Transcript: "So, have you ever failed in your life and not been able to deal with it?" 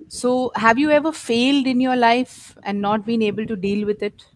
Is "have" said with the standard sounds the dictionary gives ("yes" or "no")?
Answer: yes